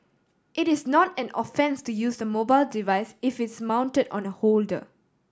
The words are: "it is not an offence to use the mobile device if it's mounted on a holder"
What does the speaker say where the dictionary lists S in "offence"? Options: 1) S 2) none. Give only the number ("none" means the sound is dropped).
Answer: 1